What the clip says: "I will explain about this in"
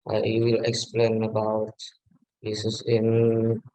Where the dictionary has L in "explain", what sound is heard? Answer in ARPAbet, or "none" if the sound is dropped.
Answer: L